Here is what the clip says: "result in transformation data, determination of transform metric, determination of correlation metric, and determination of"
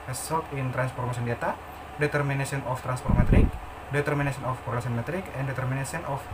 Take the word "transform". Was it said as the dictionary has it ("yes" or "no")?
no